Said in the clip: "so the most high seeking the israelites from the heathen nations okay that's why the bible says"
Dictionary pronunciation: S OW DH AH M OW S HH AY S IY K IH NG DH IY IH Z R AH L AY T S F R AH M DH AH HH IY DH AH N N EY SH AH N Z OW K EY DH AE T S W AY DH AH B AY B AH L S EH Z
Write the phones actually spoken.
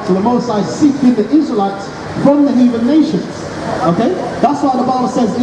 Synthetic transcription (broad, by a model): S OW DH AH M OW S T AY S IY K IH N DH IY IH Z R AH L AY T S F R AH M DH AH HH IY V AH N N EY SH AH N Z OW K EY DH AE T S W AY DH AH B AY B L S EH Z